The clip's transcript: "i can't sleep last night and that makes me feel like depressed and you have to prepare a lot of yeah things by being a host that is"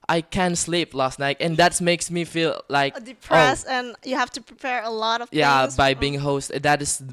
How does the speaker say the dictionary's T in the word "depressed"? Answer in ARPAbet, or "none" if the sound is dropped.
none